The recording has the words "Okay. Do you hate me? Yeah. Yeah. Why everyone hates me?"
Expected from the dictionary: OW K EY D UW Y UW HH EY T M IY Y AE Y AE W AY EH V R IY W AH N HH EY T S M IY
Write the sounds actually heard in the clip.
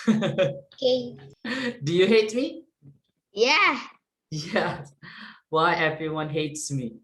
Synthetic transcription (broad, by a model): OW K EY D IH Y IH HH EY T M IY Y AE Y AE W AY EH V R IY W AH N HH EY T S M IY